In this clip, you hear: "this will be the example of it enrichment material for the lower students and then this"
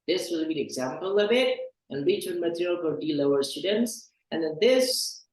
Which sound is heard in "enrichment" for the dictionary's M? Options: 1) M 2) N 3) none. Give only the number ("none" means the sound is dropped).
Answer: 3